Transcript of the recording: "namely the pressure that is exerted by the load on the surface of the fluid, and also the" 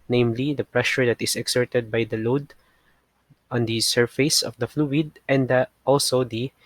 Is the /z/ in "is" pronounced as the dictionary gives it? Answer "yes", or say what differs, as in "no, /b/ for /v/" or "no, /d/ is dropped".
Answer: no, /s/ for /z/